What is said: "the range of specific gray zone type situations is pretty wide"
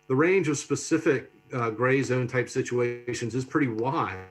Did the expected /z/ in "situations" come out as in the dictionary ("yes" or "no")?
yes